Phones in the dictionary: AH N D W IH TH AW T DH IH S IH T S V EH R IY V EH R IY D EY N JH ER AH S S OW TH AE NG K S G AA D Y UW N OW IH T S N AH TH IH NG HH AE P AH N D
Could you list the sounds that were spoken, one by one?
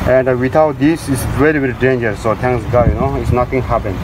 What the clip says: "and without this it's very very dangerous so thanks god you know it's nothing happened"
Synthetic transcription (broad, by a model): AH N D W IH T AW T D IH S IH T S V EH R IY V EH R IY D EY N JH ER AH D S OW T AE NG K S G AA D Y UW N OW IH T S N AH T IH NG HH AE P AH N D